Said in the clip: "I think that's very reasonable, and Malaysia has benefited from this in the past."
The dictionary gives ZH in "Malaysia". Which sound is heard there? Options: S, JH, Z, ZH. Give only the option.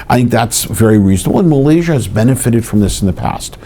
ZH